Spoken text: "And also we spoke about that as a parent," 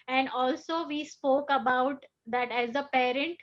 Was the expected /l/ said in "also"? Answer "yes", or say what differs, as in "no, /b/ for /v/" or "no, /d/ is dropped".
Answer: yes